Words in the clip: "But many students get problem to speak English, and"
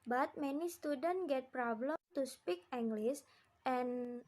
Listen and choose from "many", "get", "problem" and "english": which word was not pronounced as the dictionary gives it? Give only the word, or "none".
english